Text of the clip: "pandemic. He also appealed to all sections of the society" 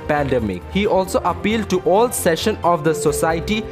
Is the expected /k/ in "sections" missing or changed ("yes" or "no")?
yes